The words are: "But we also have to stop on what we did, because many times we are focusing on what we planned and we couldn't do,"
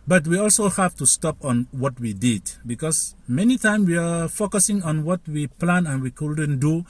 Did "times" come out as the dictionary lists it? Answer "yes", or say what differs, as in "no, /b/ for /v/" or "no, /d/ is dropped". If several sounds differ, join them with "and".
no, /z/ is dropped